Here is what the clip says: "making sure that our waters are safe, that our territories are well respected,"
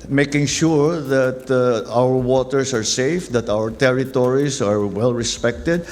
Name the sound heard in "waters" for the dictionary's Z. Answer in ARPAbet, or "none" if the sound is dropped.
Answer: S